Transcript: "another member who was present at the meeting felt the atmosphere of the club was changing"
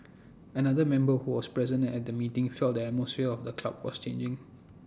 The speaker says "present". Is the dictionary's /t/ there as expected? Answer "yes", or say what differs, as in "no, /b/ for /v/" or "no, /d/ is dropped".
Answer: no, /t/ is dropped